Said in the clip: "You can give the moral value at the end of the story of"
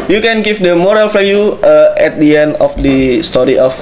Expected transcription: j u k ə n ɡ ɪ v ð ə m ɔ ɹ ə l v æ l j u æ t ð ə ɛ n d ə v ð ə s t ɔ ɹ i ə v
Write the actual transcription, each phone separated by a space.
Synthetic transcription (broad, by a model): j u k ə n ɡ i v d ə m ɔ ɹ ə l f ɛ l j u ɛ t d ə ɛ n d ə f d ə s t ɔ ɹ i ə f